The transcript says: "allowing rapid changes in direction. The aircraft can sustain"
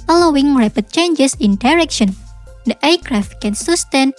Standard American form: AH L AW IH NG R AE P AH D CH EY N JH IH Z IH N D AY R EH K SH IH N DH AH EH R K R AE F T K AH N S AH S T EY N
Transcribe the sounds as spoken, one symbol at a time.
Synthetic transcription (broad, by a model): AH L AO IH NG R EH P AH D CH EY N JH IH S IH N D AY R EH K SH IH N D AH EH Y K R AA F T K AH N S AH S T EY N